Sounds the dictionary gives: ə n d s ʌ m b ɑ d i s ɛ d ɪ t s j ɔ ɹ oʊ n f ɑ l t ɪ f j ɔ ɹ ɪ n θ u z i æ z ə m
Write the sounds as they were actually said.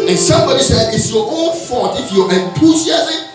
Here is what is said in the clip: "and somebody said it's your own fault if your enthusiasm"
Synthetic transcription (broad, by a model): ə n s ʌ m b ɑ d i s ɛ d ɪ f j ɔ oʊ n f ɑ t ɪ f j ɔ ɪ n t u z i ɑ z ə